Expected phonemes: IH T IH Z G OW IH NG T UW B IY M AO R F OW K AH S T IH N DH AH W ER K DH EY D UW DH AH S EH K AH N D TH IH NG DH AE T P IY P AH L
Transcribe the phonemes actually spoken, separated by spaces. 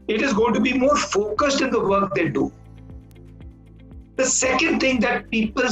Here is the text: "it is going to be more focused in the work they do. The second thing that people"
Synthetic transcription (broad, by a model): IH T IH Z G OW IH NG T UW B IY M AO R F OW K AH S T IH N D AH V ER K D EY D UW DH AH S EH K AH N D T IH NG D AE T P IY P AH L